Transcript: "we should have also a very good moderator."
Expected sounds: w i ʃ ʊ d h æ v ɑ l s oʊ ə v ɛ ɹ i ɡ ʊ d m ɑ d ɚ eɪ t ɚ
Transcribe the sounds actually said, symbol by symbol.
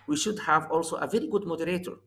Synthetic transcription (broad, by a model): w i ʃ ʊ d h æ v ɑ l s oʊ ə v ɛ ɹ i ɡ ʊ d m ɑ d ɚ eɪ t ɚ